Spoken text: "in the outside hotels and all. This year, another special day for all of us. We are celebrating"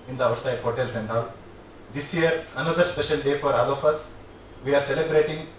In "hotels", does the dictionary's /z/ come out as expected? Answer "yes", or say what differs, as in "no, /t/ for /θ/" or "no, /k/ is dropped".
no, /s/ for /z/